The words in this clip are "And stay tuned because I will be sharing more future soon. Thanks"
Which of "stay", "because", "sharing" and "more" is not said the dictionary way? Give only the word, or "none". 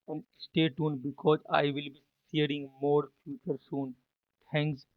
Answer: sharing